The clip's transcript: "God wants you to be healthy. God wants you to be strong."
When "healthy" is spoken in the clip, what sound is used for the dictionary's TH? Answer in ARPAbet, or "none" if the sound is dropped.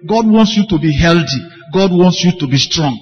T